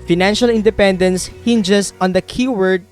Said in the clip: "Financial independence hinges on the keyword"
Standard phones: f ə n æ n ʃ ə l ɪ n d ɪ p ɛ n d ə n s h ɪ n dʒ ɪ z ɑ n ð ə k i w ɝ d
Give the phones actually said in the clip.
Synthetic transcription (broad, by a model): f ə n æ n ʃ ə l ɪ n d ɪ p ɛ n d ə n s h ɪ n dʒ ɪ s ɑ n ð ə k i w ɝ d